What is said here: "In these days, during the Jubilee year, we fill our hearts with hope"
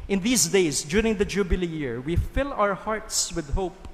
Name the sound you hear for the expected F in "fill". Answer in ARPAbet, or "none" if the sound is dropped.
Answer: F